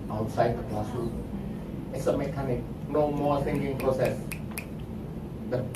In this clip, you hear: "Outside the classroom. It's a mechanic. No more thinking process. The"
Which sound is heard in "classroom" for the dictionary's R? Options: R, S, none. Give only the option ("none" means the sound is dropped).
none